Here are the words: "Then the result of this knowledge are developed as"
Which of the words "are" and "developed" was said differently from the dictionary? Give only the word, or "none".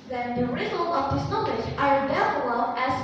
developed